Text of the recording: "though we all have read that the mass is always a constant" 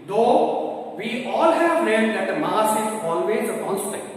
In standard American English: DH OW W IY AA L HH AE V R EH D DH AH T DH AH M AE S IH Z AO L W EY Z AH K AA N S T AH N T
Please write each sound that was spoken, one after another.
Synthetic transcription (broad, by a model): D OW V IY AA L HH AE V L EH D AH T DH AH M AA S IH Z AO L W EY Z AH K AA N S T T